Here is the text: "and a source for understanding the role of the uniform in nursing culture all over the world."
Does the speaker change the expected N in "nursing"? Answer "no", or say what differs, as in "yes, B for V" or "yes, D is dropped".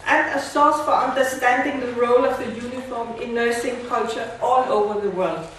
no